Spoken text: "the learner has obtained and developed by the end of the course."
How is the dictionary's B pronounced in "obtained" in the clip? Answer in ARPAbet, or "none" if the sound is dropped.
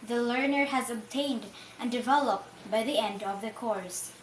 B